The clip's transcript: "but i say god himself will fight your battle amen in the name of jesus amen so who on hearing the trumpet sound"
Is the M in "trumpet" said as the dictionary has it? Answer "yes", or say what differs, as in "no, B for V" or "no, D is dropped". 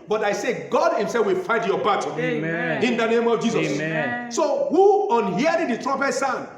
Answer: no, M is dropped